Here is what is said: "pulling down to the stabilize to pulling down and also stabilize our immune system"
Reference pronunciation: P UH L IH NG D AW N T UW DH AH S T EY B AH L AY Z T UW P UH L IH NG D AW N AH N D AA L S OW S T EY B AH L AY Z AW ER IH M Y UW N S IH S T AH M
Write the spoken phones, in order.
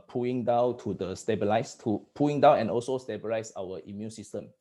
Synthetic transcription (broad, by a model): P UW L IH NG D AW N T UW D AH S T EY B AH L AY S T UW P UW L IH NG D AW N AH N AA L S OW S T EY B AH L AY S AW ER IH M Y UW N S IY S T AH M